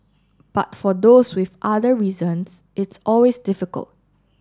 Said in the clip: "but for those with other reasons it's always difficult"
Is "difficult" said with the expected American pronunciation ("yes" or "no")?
yes